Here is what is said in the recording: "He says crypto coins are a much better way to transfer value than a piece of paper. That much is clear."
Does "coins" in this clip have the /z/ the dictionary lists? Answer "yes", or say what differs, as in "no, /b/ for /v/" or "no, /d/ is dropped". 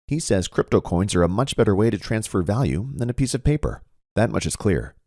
yes